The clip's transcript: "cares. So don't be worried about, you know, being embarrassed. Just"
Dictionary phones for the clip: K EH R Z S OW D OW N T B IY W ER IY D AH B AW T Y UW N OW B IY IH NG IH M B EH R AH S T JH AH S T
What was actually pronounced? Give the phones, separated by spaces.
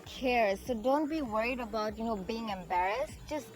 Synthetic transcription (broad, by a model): K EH R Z S OW D OW N T B IY W ER IY D AH B AW T Y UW N OW B IY IH NG IH M B EH R AH S T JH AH S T